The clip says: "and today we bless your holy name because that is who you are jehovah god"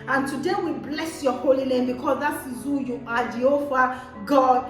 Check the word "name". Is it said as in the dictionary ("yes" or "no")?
no